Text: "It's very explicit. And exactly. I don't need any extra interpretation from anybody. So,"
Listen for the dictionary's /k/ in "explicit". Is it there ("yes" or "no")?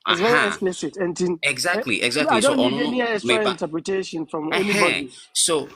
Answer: no